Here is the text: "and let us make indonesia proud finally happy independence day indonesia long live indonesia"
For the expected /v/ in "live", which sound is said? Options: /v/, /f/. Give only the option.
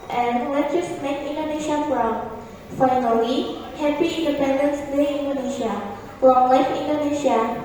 /f/